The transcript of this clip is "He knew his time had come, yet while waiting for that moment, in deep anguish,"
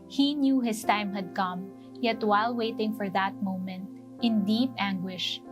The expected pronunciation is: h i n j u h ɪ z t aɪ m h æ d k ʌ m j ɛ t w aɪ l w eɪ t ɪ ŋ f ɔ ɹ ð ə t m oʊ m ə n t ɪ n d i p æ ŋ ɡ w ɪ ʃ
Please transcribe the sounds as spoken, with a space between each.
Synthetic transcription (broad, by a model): h i n j u h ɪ s t aɪ m h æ d k ʌ m j ɛ t w aɪ l w eɪ t ɪ ŋ f ɔ ɹ ð ə t m oʊ m ə n t ɪ n d i p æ ŋ ɡ w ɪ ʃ